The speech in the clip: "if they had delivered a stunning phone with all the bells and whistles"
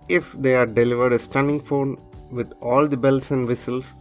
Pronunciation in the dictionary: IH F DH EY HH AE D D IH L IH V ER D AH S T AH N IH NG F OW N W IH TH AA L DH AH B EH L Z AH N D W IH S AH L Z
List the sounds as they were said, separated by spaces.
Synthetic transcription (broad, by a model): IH F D EY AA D D IH L IH V ER D AH S T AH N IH NG F OW N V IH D AA L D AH B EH L S AH N D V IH S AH L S